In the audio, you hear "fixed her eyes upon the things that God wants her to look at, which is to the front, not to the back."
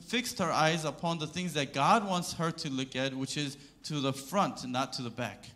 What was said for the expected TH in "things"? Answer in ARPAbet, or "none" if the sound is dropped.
TH